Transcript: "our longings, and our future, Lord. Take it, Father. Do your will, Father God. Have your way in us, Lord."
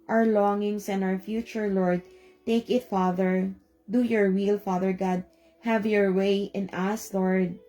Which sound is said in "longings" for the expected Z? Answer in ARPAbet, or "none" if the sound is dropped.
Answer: S